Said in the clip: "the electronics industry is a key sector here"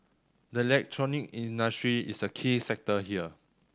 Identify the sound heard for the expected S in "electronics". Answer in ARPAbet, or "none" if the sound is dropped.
none